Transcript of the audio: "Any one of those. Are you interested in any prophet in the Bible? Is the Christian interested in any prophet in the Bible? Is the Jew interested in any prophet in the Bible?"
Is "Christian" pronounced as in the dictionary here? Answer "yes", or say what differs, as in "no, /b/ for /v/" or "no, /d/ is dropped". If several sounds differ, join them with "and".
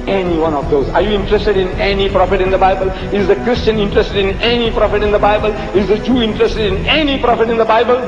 yes